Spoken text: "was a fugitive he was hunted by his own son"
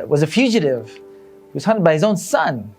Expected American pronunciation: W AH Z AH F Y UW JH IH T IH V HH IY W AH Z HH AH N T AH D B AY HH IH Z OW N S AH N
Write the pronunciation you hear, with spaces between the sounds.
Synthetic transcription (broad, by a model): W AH Z AH F Y UW JH IH T IH V HH IY W AH Z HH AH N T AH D B AY HH IH Z OW N S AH N